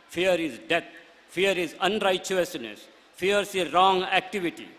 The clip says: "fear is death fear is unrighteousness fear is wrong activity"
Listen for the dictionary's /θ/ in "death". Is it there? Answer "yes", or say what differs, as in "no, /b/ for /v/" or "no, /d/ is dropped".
no, /t/ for /θ/